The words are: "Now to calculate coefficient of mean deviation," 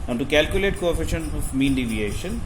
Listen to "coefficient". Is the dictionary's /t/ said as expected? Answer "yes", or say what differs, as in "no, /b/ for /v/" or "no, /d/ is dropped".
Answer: no, /t/ is dropped